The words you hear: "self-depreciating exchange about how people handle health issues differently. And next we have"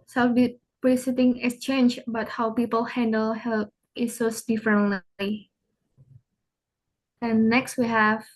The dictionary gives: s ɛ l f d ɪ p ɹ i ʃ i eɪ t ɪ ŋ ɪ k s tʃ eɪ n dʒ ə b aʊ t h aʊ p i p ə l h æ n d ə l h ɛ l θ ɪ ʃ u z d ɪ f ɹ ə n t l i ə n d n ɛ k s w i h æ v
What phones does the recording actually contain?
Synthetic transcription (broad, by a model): s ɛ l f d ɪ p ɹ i s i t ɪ ŋ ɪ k s tʃ eɪ n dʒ b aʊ t h aʊ p i p ə l h æ n d ə l h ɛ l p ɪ s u s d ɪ f ɹ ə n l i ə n n ɛ k s w i h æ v